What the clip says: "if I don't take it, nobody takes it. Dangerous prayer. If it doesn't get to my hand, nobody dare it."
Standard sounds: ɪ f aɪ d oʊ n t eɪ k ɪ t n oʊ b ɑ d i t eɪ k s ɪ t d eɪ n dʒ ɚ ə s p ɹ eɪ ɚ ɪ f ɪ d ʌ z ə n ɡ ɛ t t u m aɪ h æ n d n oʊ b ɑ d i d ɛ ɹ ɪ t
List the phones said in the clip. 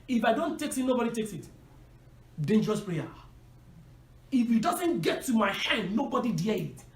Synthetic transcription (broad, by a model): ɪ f aɪ d oʊ n t eɪ k ɪ t n oʊ b ɑ d i t eɪ k s ɪ t d eɪ n dʒ ɚ ə s p ɹ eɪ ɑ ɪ f ɪ d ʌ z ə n ɡ ɛ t t u m aɪ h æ n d n oʊ b ɑ d i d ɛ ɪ t